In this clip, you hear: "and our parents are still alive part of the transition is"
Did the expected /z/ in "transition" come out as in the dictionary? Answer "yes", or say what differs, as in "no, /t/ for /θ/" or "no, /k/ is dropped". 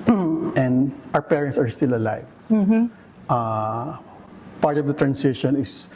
no, /s/ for /z/